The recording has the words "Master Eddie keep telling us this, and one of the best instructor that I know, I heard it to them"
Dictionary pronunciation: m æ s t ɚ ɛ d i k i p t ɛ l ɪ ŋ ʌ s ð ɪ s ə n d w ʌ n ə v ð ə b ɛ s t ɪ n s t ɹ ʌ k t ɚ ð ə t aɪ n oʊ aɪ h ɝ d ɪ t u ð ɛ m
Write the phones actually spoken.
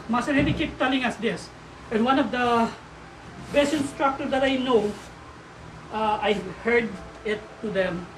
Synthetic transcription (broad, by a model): m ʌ s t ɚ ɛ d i k i p t ɛ l ɪ ŋ ʌ s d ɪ s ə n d w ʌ n ə v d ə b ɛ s ɪ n s t ɹ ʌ k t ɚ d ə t aɪ n oʊ aɪ h ɝ d ɪ t u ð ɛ m